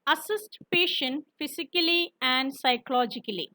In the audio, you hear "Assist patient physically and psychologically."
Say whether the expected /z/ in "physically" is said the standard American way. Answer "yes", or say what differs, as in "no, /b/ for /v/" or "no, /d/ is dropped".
no, /s/ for /z/